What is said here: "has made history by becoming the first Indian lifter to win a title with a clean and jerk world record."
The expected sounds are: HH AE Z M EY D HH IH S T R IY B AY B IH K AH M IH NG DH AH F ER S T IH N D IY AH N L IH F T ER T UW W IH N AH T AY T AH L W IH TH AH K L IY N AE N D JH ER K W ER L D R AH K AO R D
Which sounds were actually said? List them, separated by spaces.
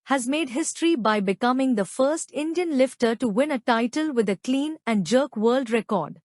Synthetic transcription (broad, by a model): HH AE Z M EY D HH IH S T R IY B AY B IH K AH M IH NG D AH F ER S T IH N D IY AH N L IH F T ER T UW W IH N AH T AY T AH L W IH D AH K L IY N AE N D JH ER K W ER L D R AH K AO R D